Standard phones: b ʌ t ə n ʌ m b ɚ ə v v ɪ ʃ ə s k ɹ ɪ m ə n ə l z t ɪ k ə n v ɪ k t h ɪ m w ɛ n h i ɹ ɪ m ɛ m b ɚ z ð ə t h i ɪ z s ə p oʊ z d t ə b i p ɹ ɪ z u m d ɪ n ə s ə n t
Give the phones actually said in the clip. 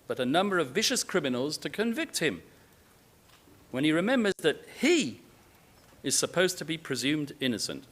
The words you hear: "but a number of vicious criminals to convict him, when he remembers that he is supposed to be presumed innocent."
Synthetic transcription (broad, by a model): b ʌ t ə n ʌ m b ɚ ə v v ɪ ʃ ə s k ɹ ɪ m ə n l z t ɪ k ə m v ɪ k t h ɪ m w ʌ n i ɹ ɪ m ɛ m b ɚ z ð ə t h i ɪ z s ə p oʊ z t ə b i p ɹ ɪ z u m d ɪ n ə s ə n t